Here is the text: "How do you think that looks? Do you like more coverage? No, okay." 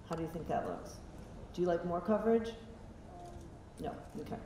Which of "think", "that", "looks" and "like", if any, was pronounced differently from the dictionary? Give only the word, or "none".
none